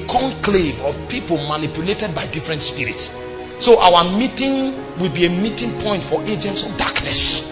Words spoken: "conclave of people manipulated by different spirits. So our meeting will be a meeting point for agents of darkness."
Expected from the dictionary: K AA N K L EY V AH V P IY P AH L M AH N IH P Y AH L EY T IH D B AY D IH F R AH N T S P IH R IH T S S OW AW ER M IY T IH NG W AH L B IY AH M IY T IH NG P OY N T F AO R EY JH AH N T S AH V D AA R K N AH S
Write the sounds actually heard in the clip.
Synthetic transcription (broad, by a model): K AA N K L EY V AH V P IY P AH L M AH N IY P Y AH L EY T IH D B AY D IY F R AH N T S P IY R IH T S S OW AW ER M IY T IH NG W AH L B IY AH M IY T IH NG P OY N T F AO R EY JH AH N T S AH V D AA K N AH S